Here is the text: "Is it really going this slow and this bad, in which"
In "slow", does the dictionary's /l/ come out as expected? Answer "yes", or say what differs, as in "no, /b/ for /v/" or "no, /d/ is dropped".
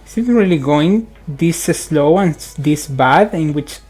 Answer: yes